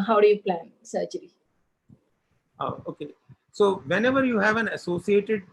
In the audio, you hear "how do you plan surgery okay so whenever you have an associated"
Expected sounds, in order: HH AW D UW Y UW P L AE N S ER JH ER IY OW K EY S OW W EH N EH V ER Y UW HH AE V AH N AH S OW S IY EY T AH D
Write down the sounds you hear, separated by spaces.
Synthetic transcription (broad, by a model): HH AW D UW Y UW P L AE N S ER CH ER IY OW K EY S OW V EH N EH V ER Y UW HH AE V AH N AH S OW S IY EY T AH D